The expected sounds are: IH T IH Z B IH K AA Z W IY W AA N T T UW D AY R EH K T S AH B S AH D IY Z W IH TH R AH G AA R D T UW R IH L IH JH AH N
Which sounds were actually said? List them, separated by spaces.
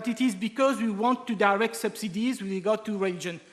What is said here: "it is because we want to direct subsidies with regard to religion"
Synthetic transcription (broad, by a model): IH T IH Z B IH K AA Z W IY W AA N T T UW D AY R EH K T S AH B S AH D IY Z W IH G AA T UW R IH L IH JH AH N